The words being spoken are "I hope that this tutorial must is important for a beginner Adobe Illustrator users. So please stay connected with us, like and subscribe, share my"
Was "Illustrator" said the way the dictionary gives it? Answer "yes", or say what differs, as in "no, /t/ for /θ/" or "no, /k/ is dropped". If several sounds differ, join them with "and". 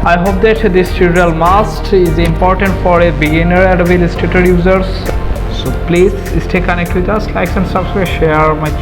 no, /ɹ/ is dropped